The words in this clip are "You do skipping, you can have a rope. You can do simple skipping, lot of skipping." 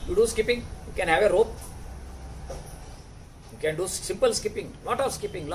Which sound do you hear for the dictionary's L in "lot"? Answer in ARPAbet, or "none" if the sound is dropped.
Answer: N